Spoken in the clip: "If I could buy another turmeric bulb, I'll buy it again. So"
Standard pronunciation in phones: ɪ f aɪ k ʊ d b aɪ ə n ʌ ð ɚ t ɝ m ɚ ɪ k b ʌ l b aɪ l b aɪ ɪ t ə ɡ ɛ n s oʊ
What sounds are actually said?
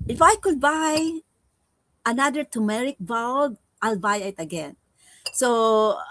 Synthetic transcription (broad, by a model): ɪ f aɪ k ʊ d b aɪ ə n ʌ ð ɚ t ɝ m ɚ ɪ k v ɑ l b aɪ l b aɪ ɪ t ə ɡ ɛ n s oʊ